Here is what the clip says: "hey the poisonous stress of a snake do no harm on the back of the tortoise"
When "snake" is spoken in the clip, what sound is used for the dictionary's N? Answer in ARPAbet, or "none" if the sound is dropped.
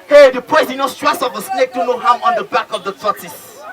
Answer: N